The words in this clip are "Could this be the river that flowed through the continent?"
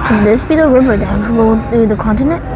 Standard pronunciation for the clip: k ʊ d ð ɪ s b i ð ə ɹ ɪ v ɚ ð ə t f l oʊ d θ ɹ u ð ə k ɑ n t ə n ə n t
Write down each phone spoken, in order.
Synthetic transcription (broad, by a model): k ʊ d ð ɪ s b i ð ə ɹ ɪ v ɚ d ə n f l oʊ θ ɹ u ð ə k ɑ n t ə n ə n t